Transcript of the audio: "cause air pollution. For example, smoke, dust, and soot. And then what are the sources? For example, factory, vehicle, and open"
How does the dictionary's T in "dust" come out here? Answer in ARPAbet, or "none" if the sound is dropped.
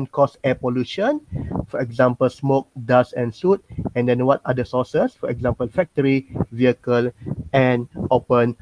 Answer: none